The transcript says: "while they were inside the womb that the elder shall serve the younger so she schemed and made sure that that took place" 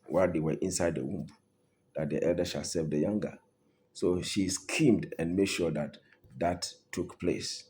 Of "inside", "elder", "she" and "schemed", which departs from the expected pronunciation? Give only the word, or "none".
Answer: none